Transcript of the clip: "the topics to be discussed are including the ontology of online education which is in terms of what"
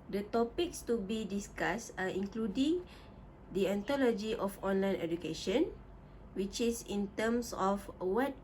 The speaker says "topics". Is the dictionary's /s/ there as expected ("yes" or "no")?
yes